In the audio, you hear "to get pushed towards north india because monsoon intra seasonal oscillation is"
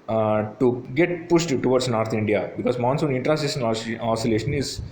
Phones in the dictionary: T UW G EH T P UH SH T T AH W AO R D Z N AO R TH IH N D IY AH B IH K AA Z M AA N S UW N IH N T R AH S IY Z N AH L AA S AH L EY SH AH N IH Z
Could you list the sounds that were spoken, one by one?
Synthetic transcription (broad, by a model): T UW G EH T P UH SH T T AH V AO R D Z N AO R T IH N D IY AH B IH K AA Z M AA N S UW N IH N T R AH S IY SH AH N AA S AH L EY SH AH N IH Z